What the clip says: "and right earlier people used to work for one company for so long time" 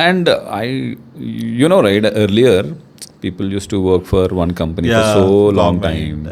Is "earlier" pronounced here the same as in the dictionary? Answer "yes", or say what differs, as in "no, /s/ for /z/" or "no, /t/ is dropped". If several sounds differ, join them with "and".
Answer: yes